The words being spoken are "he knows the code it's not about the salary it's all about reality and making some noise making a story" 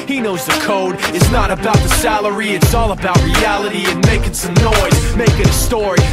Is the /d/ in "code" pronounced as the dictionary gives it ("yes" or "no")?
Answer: yes